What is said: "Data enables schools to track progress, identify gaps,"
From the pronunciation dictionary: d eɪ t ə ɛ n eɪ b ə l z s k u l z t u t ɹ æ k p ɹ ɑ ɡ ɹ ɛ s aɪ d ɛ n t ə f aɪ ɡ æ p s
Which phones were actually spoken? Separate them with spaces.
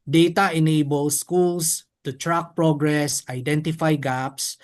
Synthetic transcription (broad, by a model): d eɪ t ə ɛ n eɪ b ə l s k u l s t u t ɹ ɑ k p ɹ ɑ ɡ ɹ ɛ s aɪ d ɛ n t ə f aɪ ɡ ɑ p s